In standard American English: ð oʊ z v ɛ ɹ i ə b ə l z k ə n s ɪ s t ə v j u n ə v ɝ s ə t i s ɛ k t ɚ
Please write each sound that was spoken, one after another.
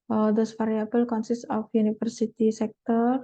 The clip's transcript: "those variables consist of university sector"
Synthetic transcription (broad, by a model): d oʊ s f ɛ ɹ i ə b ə l k ə n s ɪ s t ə f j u n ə f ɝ s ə t i s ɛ k t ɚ